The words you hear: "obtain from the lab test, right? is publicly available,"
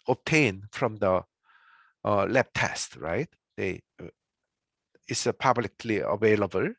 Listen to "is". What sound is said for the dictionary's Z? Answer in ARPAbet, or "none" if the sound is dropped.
S